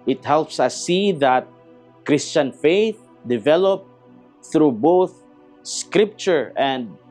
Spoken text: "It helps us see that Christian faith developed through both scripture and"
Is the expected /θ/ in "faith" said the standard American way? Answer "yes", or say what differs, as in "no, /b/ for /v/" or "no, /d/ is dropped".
yes